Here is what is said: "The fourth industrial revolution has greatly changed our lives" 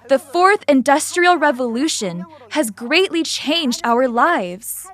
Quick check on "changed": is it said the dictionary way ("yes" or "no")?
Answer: yes